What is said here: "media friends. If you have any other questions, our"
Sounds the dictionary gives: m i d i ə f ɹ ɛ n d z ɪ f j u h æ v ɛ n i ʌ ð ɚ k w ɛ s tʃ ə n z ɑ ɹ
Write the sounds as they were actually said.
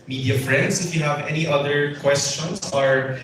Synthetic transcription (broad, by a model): m i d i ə f ɹ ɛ n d s ɪ f j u h æ v ɛ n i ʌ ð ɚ k w ɛ s tʃ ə n s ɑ ɹ